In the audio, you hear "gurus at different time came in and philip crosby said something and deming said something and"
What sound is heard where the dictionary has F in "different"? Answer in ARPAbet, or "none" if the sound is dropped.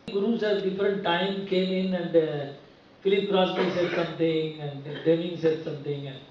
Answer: F